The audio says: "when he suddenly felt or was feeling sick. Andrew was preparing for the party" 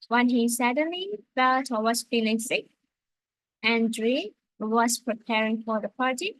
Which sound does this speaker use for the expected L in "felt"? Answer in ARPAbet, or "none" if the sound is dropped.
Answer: L